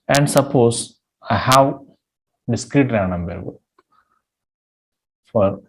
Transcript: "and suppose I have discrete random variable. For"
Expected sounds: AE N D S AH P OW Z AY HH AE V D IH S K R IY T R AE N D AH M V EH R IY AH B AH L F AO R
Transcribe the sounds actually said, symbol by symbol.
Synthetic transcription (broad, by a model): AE N D S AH P OW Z AY HH AE V D IH S K R IY T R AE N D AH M B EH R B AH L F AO R